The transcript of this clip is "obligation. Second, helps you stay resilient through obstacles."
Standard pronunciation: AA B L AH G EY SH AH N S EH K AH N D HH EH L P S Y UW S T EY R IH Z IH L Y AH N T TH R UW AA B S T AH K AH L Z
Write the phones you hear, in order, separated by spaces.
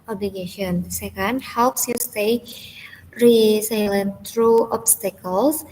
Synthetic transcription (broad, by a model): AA B L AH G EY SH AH N S EH K AH N D HH EH L P S Y UW S T EY R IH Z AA L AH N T R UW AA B S T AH K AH L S